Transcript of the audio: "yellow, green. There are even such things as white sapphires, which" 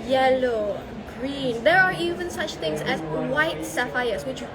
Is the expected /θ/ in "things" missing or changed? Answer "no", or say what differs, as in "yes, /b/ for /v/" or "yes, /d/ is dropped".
yes, /t/ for /θ/